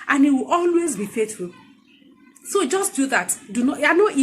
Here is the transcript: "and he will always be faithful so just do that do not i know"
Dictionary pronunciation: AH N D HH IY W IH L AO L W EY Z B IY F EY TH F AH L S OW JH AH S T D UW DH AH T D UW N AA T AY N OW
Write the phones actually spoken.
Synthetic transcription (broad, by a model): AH N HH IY W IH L AO L W EY Z B IY F EY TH F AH L S OW JH AH S T D UW DH AH T D UW N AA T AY N OW